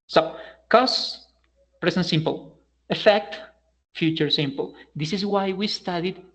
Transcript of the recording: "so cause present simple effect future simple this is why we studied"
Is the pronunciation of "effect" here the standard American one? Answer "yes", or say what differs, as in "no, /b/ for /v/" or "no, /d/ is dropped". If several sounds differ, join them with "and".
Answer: yes